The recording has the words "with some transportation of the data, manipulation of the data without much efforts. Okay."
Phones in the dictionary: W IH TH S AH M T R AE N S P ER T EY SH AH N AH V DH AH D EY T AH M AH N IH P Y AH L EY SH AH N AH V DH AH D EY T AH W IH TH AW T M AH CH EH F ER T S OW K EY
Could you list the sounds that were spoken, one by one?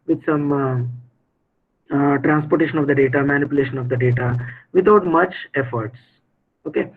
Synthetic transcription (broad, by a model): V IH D S AH M T R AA N S P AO T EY SH AH N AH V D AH D EY T AH M AH N IH P Y AH L EY SH AH N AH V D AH D EY T AH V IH T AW T M AH CH EH F ER T S OW K EY